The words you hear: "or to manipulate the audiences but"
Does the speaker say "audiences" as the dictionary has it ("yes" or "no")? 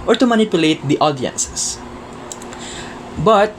no